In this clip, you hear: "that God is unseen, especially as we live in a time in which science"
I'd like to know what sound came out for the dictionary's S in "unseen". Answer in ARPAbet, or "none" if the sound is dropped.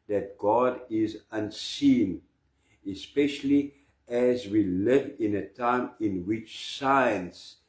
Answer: S